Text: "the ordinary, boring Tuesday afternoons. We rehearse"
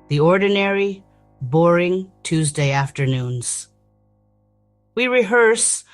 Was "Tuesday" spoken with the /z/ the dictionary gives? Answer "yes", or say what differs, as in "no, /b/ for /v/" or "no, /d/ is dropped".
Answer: yes